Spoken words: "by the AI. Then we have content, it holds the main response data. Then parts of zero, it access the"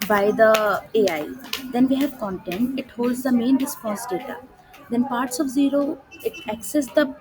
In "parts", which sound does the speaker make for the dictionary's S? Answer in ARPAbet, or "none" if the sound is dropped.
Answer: S